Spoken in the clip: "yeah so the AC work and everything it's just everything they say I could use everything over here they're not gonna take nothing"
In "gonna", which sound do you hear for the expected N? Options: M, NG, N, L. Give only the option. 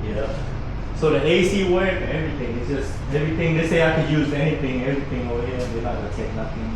L